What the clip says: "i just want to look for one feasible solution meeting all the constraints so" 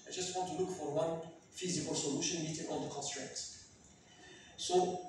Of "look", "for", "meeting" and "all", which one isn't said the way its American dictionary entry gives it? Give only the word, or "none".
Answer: all